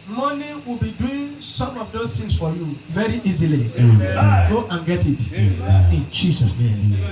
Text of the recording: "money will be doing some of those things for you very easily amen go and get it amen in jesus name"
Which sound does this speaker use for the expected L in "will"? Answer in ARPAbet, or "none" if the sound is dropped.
L